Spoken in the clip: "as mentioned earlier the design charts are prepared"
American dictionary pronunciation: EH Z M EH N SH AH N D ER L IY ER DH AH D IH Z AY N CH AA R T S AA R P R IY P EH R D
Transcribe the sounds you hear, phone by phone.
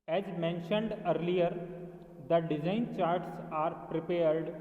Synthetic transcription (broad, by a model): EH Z M EH N SH AH N D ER L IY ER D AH D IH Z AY N CH AA R T S AA R P R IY P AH R D